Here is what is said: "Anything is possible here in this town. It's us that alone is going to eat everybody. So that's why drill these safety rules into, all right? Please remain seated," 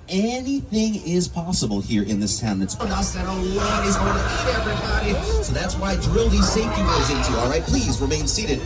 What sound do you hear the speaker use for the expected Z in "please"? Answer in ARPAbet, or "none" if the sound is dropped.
Z